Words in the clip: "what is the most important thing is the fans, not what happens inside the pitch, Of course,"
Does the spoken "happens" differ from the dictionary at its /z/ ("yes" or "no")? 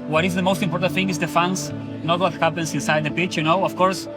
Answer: yes